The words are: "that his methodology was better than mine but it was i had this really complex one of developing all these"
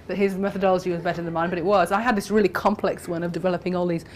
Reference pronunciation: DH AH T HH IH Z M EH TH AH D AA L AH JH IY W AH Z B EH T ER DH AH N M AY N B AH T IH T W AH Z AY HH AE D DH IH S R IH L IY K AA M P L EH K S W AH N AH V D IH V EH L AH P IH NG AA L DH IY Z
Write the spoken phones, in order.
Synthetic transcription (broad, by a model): DH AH T HH IH Z M EH TH AH D AA L AH JH IY W AH Z B EH T ER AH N M AY N B AH T IH T W AH Z AY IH D DH IH S R IH L IY K AA M P L EH K S W AH N AH V D IH V EH L AH P IH NG AA L DH IY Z